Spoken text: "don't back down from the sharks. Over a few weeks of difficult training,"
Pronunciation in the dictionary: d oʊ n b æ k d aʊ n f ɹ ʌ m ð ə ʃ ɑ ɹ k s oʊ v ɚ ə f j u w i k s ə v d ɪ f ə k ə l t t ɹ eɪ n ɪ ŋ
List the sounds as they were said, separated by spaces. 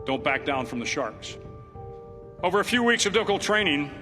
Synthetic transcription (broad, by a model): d oʊ n b æ k d aʊ n f ɹ ʌ m ð ə ʃ ɑ ɹ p s oʊ v ɚ ə f j u w i k s ə v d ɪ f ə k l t t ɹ eɪ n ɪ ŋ